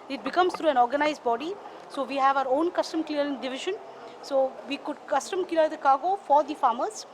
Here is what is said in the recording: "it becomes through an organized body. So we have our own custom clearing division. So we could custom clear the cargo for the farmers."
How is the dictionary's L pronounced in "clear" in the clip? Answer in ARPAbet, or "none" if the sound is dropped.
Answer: none